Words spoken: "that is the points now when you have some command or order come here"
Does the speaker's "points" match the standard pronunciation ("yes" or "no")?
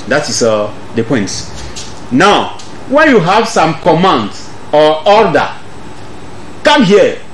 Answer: no